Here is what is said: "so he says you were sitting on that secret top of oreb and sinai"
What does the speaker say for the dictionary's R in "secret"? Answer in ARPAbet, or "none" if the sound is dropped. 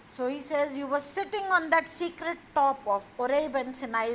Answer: R